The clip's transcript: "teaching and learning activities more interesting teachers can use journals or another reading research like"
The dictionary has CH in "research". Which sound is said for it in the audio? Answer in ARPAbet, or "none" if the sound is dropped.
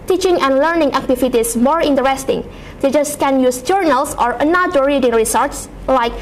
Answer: S